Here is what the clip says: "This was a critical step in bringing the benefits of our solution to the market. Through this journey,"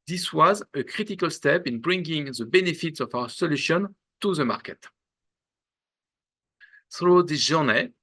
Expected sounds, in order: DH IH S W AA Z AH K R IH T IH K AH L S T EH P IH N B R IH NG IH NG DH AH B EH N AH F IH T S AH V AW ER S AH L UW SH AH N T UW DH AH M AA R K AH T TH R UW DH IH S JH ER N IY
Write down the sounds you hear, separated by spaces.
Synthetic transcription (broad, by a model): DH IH S W AA Z AH K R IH T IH K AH L S T EH P IH N B R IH NG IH NG DH AH B EH N AH F IH T S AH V AW ER S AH L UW SH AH N T UW DH AH M AA R K AH T TH R UW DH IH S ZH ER N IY